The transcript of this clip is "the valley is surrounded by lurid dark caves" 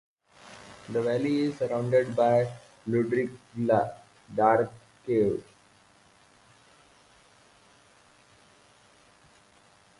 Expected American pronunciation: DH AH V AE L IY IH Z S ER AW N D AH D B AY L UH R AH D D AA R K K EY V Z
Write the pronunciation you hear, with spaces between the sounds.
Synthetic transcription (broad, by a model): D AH V AE L IY IH Z S ER AW N D AH D B AY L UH R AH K D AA R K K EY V